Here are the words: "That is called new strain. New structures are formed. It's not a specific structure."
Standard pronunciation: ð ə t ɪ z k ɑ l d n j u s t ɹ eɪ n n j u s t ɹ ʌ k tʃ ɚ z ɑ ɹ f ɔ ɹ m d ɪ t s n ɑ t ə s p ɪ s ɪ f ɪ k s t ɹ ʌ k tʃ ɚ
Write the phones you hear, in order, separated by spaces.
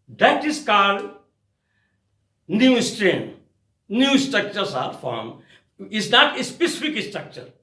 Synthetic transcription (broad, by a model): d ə t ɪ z k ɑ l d n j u s t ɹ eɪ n n j u s t ɹ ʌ k tʃ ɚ s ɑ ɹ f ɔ ɹ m ɪ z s n ɑ t ə s p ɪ s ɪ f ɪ k s t ɹ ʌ k tʃ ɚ